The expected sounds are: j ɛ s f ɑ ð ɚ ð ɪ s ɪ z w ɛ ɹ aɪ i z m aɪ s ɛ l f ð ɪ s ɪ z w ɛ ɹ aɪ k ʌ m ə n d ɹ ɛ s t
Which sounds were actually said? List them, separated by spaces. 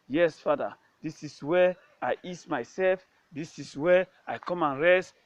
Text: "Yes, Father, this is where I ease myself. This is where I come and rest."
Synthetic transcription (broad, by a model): j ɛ s f ɑ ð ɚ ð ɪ s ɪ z w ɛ aɪ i s m aɪ s ɛ l f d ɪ s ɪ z w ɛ aɪ k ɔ m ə n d ɹ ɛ s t